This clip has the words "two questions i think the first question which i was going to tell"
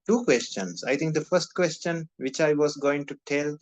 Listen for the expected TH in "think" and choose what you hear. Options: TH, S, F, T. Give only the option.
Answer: T